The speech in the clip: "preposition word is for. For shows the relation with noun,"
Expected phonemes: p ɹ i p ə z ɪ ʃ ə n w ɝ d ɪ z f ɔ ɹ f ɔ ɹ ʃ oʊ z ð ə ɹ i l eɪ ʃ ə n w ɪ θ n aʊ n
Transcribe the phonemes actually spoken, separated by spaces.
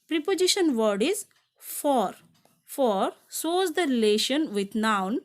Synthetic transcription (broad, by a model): p ɹ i p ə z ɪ ʃ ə n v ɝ d ɪ z f ɔ ɹ f ɔ ɹ s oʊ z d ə ɹ i l eɪ ʃ ə n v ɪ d n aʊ n